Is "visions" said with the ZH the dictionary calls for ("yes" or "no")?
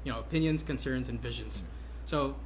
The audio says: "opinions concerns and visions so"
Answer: yes